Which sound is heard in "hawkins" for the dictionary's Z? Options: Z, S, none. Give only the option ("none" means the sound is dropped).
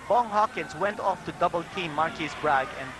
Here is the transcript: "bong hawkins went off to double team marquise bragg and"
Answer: S